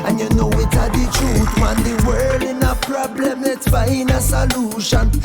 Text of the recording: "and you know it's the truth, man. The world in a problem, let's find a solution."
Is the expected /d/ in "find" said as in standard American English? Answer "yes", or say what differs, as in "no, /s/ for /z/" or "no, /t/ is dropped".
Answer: no, /d/ is dropped